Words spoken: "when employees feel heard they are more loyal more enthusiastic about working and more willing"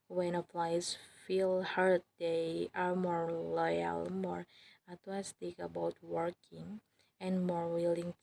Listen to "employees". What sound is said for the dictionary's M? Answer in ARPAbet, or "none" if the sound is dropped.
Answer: none